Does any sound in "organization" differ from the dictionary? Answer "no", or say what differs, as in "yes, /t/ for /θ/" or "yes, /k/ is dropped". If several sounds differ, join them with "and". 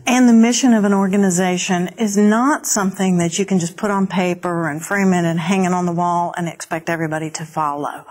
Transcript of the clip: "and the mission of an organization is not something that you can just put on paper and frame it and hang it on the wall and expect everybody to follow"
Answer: no